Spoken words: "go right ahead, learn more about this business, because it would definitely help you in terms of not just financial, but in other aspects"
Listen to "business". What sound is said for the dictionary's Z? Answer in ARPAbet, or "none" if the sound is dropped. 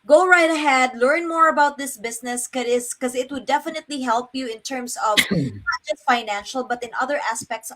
S